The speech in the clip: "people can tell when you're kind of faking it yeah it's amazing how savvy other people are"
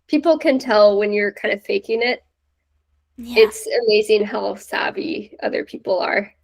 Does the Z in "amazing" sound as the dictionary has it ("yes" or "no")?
yes